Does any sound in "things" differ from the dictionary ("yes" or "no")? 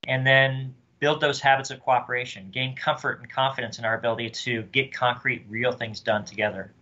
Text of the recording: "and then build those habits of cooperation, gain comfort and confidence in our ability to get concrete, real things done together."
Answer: no